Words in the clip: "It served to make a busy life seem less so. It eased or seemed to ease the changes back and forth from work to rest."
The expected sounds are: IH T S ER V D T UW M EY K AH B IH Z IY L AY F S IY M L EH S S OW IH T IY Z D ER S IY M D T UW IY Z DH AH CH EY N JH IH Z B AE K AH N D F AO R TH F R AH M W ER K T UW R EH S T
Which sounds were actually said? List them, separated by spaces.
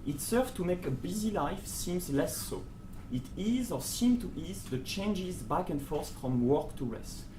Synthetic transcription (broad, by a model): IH T S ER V T UW M EY K AH B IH Z IY L AY F S IY M L EH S S OW IH T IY Z ER S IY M T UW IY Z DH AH CH EY N JH IH Z B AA K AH N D F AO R S F R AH M W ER K T UW R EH S T